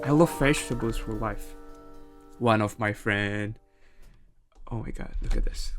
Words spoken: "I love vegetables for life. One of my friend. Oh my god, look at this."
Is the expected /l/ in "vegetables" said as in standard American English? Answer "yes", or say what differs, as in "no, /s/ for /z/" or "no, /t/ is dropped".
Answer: no, /l/ is dropped